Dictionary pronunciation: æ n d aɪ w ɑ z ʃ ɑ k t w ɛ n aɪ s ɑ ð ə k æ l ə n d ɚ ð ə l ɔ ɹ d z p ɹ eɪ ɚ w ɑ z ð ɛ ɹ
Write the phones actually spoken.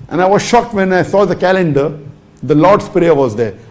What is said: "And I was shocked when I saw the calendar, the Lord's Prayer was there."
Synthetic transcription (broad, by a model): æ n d aɪ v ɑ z ʃ ɑ k t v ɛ n aɪ s ɑ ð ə k æ l ə n d ɚ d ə l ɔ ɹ d s p ɹ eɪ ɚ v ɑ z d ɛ ɹ